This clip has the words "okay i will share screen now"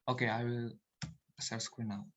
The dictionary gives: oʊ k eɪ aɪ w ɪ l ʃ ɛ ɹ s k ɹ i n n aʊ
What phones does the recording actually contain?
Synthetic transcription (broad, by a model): oʊ k eɪ aɪ w ɪ l s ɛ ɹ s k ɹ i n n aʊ